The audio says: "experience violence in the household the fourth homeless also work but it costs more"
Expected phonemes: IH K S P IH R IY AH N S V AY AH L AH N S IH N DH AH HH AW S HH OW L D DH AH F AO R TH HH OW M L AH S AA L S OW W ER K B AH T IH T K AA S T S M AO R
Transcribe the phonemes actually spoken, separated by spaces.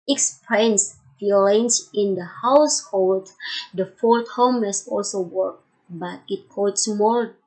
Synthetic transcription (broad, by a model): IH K S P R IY N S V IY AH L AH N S IH N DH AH HH AW S HH OW L D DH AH F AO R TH HH OW M AH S AA L S OW W ER K B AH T IH T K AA T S M AO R